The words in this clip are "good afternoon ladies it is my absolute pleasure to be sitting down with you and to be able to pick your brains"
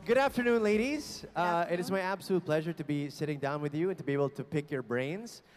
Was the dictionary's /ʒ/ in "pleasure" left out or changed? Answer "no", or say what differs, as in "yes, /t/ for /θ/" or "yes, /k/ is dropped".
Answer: no